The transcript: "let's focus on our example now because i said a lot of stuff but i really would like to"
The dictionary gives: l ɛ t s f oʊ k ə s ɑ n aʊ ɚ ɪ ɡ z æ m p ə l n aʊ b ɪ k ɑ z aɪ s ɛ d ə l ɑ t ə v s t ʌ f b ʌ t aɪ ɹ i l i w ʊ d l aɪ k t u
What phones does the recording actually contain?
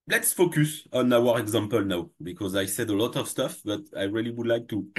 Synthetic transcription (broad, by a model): l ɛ t s f oʊ k ə s ɑ n aʊ ɚ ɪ ɡ z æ m p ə l n aʊ b ɪ k ɑ z aɪ s ɛ d ə l ɑ t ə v s t ʌ f b ʌ t aɪ ɹ i l i w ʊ d l aɪ k t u